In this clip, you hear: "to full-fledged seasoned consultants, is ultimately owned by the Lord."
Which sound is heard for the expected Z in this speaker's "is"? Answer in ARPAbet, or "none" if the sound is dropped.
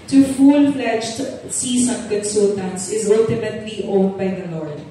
Z